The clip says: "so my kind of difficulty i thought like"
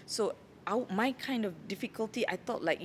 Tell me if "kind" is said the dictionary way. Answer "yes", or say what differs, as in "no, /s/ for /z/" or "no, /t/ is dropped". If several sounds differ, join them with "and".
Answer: yes